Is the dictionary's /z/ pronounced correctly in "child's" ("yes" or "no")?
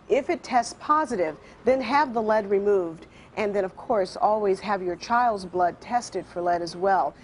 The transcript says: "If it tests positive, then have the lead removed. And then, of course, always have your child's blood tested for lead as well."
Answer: yes